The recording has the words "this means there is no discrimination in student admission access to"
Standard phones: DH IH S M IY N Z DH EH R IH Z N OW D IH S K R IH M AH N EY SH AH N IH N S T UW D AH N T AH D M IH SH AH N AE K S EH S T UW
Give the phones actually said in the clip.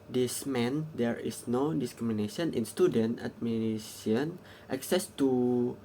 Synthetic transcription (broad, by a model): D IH S M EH N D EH R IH S N OW D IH S K R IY M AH N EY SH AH N IH N S T UW D AH N T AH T M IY S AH N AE K S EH S T UW